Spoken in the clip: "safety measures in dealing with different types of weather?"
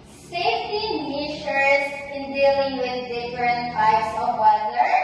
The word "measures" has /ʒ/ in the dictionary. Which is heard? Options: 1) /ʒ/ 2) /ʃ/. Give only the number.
2